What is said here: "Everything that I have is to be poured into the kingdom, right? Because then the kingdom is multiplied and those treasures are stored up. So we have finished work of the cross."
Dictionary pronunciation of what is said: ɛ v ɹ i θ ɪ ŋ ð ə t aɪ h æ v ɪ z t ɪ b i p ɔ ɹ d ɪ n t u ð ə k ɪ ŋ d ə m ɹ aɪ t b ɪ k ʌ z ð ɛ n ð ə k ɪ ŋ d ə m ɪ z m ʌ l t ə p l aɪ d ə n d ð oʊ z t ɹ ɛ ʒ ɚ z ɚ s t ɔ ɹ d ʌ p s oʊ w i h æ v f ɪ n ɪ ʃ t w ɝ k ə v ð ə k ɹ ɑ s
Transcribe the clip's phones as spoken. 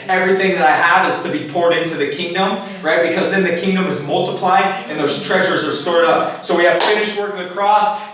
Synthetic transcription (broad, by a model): ɛ v ɹ i θ ɪ ŋ ð ə t aɪ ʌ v ɪ z t ɪ b i p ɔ ɹ d ɪ n t u ð ə k ɪ ŋ d ə m ɹ aɪ t b ɪ k ʌ z ð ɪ n ð ə k ɪ ŋ d ə m ɪ z m ʌ l t ə p l aɪ d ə n ð oʊ z t ɹ ɛ ʒ ɚ z ɚ s t ɔ ɹ d ʌ p s oʊ w i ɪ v f ɪ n ɪ ʃ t w ɝ k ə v ð ə k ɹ ɑ s